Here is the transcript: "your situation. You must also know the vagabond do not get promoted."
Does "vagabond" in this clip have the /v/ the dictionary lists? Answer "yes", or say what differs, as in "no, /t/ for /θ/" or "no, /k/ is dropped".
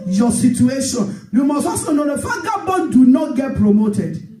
no, /f/ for /v/